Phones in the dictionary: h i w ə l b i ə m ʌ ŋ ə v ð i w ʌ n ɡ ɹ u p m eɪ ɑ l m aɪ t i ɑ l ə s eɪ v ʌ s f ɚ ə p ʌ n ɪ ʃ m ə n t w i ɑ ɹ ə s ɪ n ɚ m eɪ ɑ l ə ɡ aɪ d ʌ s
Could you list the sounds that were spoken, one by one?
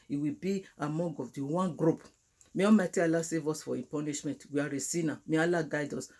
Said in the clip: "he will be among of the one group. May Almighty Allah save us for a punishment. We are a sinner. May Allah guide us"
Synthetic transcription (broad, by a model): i w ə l b i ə m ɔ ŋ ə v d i w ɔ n ɡ ɹ u p m eɪ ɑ m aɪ t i ɑ l ə s eɪ v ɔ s f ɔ ə p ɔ n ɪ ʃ m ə n t w i ɑ ɹ ə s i n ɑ m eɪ ɑ l ə ɡ aɪ d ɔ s